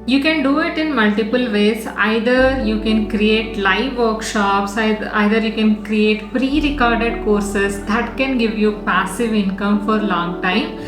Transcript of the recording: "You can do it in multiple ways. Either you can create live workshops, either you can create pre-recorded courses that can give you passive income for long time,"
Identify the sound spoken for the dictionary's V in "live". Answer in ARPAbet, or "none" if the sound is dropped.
V